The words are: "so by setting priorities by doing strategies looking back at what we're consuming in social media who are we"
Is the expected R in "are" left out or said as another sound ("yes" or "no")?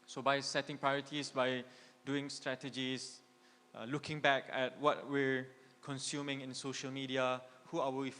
yes